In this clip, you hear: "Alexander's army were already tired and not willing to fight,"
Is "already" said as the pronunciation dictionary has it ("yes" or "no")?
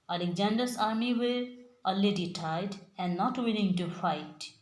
no